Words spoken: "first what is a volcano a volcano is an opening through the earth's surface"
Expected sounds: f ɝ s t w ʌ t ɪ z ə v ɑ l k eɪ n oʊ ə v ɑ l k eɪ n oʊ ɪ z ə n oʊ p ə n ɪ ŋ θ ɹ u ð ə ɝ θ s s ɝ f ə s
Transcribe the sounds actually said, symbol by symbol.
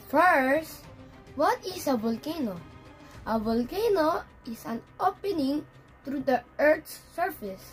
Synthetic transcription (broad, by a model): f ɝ s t w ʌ t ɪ s ə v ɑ l k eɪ n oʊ ə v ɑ l k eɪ n oʊ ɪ s ə n oʊ p ə n ɪ ŋ t ɹ u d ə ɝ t s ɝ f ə s